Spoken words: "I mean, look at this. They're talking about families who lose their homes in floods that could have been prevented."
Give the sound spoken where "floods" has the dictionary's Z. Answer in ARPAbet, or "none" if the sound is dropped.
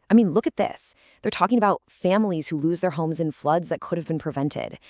Z